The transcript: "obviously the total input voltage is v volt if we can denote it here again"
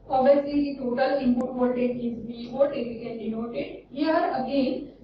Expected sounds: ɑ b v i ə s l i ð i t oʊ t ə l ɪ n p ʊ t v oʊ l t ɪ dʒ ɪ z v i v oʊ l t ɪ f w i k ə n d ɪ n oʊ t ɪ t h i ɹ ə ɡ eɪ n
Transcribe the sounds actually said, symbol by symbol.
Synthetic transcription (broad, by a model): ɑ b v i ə s l i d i t oʊ t ə l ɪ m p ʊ t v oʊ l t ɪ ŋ ɪ z b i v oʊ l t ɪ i k ə n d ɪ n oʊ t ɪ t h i ɹ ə ɡ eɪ n